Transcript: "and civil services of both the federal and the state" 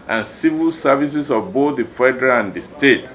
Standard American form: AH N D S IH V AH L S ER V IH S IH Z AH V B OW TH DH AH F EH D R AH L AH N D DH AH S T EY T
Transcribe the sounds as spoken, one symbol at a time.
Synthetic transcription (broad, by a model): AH N S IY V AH L S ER V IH S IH S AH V B OW TH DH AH F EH D R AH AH N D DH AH S T EY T